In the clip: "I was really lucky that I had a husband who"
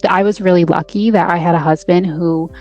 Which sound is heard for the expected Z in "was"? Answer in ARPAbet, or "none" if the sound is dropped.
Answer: Z